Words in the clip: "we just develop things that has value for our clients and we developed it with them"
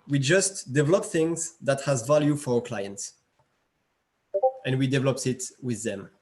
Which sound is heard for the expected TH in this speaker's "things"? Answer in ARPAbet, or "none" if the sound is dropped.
TH